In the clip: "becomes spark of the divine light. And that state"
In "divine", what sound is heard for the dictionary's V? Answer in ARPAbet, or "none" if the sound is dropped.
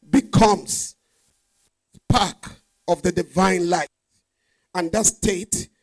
V